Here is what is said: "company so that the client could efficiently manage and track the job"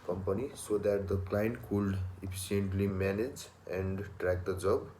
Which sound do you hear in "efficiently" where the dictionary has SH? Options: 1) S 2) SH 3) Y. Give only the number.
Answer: 1